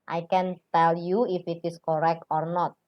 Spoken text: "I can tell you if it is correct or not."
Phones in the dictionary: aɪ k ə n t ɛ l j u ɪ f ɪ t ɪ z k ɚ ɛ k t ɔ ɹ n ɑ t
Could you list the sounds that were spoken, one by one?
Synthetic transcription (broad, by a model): aɪ k ə n t ɛ l j u ɪ f ɪ t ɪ s k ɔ ɛ k t ɔ ɹ n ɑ t